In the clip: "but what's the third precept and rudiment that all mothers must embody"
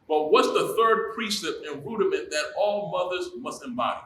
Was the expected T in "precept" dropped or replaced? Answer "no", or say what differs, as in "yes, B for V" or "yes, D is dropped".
yes, T is dropped